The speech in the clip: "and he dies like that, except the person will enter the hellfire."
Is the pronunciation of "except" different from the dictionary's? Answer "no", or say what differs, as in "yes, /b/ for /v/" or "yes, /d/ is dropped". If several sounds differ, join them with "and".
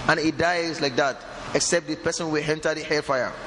no